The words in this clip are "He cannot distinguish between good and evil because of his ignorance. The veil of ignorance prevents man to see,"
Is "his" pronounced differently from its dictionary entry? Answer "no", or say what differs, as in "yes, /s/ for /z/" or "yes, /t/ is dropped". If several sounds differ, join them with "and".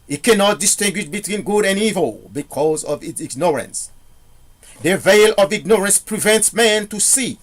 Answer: yes, /s/ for /z/